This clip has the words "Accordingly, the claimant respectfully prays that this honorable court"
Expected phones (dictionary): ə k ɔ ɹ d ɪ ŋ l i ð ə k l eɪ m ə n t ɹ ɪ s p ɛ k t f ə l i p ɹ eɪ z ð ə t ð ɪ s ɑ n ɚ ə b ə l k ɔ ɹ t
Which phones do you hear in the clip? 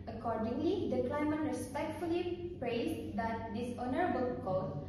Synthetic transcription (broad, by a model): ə k ɔ ɹ d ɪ ŋ l i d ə k l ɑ m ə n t ɹ ɪ s p ɛ k t f ə l i p ɹ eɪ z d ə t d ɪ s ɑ n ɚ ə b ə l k ɔ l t